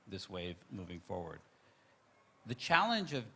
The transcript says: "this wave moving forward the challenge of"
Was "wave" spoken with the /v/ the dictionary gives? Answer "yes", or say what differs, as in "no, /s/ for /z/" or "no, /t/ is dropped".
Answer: yes